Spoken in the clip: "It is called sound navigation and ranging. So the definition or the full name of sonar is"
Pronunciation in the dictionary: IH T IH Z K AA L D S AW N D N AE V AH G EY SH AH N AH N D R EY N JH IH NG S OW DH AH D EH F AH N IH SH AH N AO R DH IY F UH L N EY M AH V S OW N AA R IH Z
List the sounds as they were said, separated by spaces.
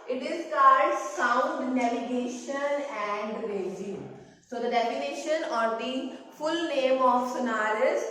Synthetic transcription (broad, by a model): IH T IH S K AA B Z S AW N D N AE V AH G EY SH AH N AH N D R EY JH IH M S OW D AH D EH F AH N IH SH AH N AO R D IY F UH L N EY M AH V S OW N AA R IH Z